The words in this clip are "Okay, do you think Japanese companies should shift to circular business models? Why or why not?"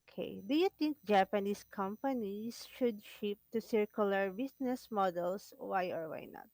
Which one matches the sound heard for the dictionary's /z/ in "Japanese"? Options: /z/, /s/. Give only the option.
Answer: /s/